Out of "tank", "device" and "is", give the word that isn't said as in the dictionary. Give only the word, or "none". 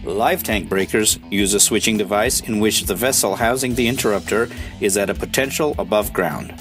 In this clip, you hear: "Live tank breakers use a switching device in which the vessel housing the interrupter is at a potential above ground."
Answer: none